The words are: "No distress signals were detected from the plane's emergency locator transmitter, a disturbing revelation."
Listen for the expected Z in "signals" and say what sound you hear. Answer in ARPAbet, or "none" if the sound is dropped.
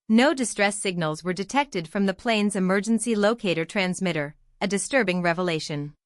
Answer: Z